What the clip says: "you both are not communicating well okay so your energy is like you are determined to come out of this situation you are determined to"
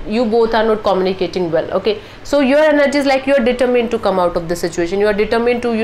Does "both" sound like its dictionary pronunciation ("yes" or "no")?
no